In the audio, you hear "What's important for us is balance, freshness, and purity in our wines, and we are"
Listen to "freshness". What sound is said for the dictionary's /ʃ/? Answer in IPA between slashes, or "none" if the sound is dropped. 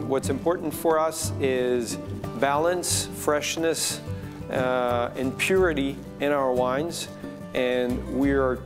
/ʃ/